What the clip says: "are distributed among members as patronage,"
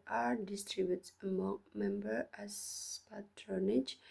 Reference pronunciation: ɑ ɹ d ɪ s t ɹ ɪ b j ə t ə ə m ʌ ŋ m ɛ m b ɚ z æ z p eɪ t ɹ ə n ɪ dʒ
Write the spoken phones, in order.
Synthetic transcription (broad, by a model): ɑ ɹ d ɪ s t ɹ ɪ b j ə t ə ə m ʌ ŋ m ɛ m b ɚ æ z p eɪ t ɹ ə n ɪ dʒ